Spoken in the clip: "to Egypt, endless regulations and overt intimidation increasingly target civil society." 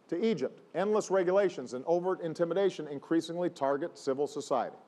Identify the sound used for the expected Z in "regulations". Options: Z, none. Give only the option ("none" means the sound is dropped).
Z